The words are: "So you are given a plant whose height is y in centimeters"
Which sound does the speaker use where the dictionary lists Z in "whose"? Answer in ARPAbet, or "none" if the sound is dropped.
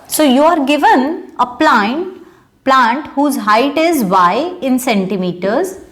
Z